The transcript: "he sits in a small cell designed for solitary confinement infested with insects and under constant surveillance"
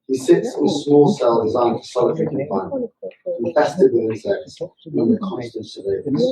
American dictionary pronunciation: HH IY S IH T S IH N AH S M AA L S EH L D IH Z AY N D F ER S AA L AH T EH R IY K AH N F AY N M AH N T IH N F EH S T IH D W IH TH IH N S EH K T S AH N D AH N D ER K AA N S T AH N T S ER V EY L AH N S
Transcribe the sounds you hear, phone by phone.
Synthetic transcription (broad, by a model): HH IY S IH T S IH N AH S M AA L S EH L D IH Z AY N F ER S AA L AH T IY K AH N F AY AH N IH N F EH S T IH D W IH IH S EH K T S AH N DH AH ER K AA N S T AH N T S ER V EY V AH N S